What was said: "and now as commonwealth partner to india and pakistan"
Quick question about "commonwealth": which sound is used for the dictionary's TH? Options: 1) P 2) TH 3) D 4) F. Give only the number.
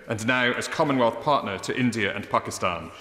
2